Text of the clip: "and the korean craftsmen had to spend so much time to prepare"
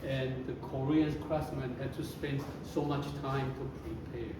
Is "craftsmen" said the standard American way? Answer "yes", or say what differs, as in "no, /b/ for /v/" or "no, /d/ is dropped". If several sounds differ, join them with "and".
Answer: no, /f/ is dropped